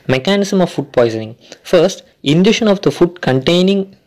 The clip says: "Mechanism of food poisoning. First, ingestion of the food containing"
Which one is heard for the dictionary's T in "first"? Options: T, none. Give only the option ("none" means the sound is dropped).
T